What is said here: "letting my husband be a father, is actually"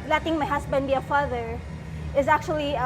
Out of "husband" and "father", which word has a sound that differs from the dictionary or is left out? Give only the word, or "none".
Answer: husband